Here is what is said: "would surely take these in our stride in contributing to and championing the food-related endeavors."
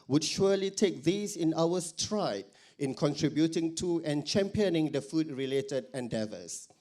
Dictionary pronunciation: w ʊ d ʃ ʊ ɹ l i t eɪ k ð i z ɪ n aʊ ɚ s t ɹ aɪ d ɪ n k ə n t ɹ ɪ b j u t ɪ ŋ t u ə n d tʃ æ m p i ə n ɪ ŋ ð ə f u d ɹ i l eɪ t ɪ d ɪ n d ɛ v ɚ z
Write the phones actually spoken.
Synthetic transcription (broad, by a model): w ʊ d ʃ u l i t eɪ k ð i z ɪ n aʊ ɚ s t ɹ aɪ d ɪ n k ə n t ɹ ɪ b j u t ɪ ŋ t u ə n tʃ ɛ m p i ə n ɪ ŋ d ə f u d ɹ i l eɪ t ɪ d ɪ n d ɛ v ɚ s